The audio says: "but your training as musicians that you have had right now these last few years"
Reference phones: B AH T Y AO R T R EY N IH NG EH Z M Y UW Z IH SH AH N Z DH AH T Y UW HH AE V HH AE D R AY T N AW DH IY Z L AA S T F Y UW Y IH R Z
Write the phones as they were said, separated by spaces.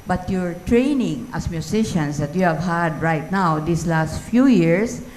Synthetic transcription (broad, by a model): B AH T Y AO R T R EY N IH NG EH S M Y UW S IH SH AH N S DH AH T Y UW HH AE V HH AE D R AY T N AW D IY S L AA S T F Y UW Y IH R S